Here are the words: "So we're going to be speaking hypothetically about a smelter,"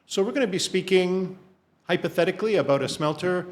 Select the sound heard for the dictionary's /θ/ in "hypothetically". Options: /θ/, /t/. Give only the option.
/θ/